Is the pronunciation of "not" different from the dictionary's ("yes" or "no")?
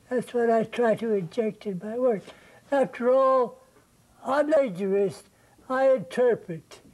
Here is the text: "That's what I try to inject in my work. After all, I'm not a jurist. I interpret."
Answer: yes